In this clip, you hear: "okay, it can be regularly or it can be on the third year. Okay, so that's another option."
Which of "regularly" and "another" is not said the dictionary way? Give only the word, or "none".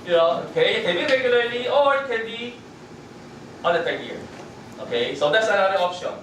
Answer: another